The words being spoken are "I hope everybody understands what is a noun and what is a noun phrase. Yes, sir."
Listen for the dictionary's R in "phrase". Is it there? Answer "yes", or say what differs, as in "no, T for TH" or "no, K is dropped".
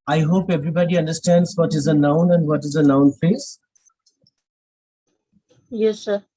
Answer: no, R is dropped